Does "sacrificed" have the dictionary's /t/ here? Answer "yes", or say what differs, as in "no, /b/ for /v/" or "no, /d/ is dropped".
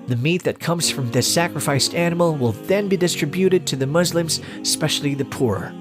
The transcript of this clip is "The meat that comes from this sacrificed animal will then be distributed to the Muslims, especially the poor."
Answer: yes